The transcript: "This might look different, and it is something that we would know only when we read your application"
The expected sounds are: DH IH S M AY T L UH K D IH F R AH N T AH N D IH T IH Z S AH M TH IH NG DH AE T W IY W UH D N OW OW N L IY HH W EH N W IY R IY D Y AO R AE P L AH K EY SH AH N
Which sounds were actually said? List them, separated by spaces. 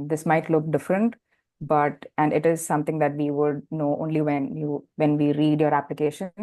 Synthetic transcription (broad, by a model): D IH S M AY T L UH K D IH F R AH N T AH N D IH T IH Z S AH M T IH NG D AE T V IY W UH D N OW OW N L IY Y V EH N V IY R IY D Y AO R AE P L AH K EY SH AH N